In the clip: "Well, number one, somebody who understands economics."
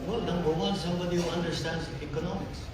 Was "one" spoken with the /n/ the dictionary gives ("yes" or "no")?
no